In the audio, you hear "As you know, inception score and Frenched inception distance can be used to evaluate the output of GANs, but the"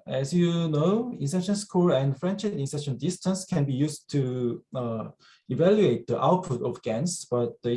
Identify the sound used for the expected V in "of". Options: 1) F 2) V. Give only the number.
1